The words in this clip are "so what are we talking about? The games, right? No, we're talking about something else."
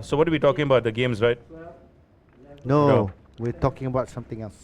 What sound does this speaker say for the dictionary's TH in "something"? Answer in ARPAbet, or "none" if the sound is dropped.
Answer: T